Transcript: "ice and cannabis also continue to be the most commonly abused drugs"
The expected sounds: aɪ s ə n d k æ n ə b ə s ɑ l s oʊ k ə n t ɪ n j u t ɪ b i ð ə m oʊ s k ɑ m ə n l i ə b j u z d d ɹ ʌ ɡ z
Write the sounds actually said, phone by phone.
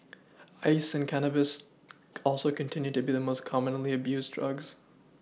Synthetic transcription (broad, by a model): aɪ s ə n k æ n ə b ə s ɑ l s oʊ k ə n t ɪ n j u t ɪ b i ð ə m oʊ s k ɑ m ə n l i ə b j u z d d ɹ ʌ ɡ z